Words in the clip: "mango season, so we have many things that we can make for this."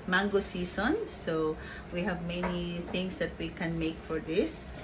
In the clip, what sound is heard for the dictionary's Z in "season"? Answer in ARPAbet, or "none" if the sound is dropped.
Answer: S